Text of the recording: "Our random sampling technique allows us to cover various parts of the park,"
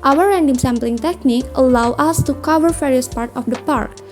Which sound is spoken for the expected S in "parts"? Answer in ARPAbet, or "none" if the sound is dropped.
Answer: none